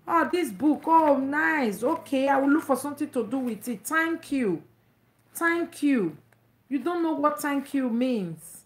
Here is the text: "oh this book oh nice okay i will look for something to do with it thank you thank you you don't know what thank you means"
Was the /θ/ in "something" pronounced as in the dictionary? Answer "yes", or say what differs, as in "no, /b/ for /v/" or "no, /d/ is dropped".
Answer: no, /t/ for /θ/